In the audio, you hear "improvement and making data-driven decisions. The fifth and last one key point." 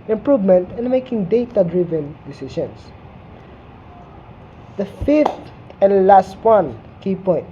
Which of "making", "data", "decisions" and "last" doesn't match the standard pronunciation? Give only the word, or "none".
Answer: decisions